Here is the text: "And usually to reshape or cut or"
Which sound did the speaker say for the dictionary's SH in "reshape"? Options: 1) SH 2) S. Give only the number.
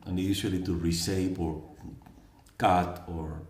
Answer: 2